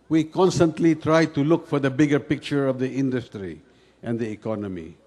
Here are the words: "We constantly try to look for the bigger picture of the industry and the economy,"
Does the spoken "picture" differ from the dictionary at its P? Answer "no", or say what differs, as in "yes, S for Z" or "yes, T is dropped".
no